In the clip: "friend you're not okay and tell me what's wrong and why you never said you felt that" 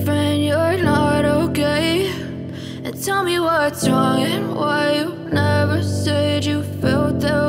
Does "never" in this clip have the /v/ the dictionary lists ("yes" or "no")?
yes